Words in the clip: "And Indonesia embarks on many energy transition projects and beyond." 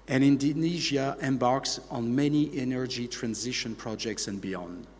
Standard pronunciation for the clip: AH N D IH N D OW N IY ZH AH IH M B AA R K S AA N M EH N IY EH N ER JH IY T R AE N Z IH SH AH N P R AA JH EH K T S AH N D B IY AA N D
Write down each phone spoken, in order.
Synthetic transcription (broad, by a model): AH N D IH N D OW N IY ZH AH IH M B AA R K S N M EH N IY EH N ER JH IY T R AE N Z IH SH AH N P R AA JH EH K T S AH N B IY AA N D